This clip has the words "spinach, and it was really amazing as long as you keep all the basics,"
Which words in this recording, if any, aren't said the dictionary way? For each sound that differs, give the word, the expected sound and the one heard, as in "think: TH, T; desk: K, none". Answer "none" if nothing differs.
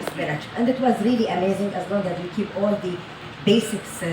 none